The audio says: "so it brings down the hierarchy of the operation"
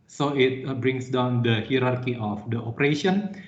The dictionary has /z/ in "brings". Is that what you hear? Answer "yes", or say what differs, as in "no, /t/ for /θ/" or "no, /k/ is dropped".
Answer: no, /s/ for /z/